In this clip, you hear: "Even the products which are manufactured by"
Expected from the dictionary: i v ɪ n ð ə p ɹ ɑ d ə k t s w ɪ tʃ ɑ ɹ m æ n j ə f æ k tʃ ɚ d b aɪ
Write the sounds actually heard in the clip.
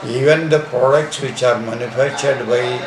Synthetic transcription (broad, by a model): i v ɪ n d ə p ɹ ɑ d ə k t s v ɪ tʃ ɑ ɹ m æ n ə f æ tʃ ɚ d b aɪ